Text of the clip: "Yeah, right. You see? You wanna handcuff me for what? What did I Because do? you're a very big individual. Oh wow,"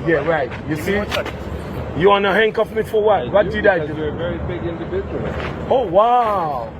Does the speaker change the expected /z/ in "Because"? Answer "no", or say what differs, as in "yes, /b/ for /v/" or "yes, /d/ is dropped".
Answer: yes, /z/ is dropped